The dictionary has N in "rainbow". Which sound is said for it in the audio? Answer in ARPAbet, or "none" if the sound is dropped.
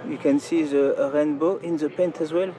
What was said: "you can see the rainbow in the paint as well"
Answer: N